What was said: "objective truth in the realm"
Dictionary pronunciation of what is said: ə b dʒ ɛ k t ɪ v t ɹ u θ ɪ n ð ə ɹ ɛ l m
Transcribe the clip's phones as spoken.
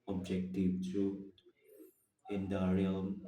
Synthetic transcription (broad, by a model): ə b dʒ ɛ k t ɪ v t u ɪ n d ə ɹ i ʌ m